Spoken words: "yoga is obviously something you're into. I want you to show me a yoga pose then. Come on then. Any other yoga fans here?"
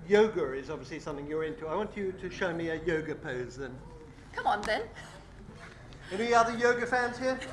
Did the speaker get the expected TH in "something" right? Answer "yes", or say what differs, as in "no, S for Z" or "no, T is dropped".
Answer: yes